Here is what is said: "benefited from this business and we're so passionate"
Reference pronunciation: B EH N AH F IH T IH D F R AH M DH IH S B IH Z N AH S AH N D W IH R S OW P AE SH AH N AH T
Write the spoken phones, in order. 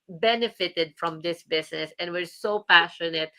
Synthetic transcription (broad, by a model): B EH N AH F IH T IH D F R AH M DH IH S B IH S N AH S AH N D W IH R S OW P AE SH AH N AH T